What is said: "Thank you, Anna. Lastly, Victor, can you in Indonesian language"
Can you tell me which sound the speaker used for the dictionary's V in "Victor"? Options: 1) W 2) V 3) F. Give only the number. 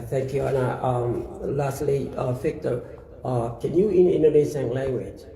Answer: 3